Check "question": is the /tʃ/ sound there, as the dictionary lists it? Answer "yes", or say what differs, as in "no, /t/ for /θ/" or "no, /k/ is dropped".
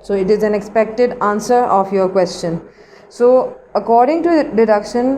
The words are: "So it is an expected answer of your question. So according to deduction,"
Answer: yes